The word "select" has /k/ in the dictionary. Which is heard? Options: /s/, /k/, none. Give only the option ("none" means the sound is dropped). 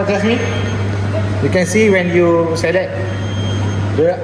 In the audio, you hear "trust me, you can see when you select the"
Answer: none